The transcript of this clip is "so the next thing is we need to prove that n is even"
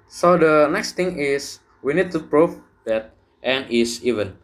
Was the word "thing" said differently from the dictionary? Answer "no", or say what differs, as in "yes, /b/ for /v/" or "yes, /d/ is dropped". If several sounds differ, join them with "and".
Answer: yes, /t/ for /θ/